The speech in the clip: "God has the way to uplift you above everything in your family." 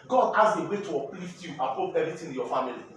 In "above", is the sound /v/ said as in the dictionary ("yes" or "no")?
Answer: no